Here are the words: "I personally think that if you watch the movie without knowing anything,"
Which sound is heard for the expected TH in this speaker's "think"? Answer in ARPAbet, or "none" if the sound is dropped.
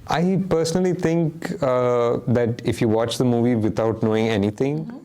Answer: T